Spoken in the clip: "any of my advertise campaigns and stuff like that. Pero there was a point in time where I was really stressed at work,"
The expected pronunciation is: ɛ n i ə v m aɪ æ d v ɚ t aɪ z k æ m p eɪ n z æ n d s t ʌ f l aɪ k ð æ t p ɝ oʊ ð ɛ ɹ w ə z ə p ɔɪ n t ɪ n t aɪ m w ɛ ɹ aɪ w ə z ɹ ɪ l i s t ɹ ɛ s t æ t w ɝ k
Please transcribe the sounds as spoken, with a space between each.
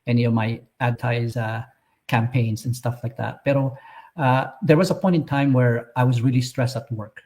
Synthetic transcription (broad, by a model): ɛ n i ə v m aɪ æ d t aɪ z k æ m p eɪ n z n s t ʌ f l aɪ k ð æ t b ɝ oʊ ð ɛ ɹ w ə z ə p ɔɪ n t ɪ n t aɪ m w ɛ ɹ aɪ w ə z ɹ ɪ l i s t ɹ ɛ s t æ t w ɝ k